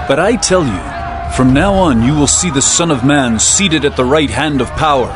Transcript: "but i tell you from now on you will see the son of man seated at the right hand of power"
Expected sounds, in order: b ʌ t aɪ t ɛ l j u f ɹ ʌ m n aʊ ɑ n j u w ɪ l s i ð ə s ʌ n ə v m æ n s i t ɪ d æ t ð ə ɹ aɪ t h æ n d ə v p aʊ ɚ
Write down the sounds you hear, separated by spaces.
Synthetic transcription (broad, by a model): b ʌ t aɪ t ɛ l j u f ɹ ʌ m n aʊ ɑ n j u w ɪ l s i ð ə s ʌ n ə v m æ n s i t ɪ d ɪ t ð ə ɹ aɪ t h æ n d ə v p aʊ ɚ